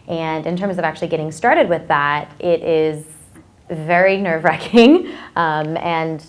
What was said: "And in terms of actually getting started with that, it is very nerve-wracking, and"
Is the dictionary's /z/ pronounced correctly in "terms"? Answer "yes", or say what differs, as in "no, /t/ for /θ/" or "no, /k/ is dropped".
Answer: yes